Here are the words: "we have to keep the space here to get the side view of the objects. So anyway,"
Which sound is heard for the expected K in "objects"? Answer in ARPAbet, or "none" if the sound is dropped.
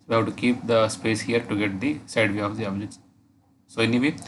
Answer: none